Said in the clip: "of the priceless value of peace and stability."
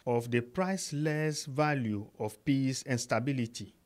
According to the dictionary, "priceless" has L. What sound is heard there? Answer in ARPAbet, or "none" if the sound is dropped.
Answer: L